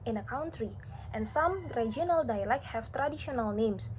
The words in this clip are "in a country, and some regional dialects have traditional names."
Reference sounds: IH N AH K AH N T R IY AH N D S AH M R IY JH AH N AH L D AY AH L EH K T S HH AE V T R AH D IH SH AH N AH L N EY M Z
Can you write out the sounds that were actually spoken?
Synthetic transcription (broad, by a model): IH N AH K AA N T R IY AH N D S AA M R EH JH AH N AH L D AY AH L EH K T HH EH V T R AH D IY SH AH N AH L N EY M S